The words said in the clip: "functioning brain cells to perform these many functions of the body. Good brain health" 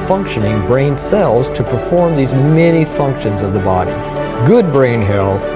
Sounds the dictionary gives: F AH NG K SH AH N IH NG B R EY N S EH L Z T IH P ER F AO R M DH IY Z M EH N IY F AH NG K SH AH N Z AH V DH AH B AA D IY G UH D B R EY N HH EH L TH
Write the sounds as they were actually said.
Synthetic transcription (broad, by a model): F AH NG K SH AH N IH NG B R EY N S EH L Z T IH P ER F AO R M DH IY Z M EH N IY F AH NG K SH AH N Z AH V DH AH B AA D IY G UH D B R EY N HH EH L